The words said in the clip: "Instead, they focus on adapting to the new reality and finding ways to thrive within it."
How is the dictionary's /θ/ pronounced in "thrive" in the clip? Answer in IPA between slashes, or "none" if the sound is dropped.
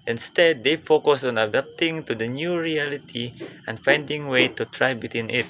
/t/